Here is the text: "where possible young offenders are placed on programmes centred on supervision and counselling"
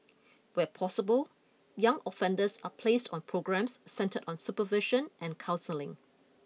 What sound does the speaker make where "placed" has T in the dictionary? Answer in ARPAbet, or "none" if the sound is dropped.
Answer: T